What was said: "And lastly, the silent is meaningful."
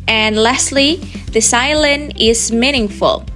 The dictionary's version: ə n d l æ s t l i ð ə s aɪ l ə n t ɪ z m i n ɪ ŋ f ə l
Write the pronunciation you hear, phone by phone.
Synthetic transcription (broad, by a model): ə n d l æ s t l i ð ə s aɪ l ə n ɪ z m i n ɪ ŋ f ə l